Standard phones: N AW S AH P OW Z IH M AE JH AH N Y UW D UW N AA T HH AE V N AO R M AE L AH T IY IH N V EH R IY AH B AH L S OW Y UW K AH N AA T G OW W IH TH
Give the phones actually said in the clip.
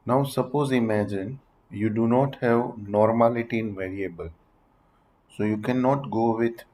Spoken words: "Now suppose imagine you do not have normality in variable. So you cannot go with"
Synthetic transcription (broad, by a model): N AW S AH P OW Z IH M AE JH AH N Y UW D UW N AA T HH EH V N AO R M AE L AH T IY IH N V EH R IY AH B AH L S OW Y UW K AH N AA T G OW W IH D